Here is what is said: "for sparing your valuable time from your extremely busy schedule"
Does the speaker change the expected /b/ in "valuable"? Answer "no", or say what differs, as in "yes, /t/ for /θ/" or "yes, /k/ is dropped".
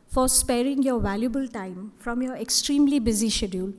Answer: no